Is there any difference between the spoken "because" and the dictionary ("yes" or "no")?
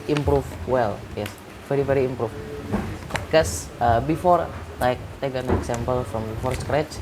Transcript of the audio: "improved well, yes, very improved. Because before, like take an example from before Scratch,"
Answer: yes